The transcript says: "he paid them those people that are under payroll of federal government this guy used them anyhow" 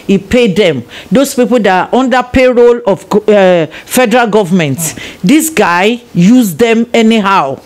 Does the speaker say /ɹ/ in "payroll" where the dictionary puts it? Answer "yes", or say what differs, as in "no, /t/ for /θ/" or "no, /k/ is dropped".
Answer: yes